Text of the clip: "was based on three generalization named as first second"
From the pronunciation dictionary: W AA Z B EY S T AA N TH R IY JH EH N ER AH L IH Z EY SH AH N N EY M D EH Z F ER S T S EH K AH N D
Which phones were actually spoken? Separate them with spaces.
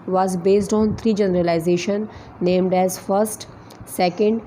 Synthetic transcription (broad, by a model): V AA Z B EY S T AA N T R IY JH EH N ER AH L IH Z EY SH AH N N EY M D EH Z F ER S T S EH K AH N D